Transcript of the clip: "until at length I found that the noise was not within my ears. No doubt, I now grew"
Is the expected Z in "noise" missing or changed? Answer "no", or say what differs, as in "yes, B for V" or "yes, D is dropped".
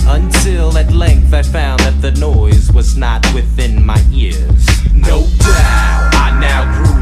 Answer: no